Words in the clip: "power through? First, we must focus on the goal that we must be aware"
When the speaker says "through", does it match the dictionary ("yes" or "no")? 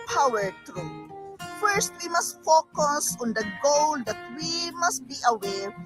no